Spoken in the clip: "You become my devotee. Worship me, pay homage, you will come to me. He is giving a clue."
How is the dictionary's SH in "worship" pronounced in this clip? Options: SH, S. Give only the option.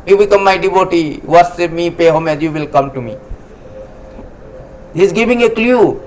S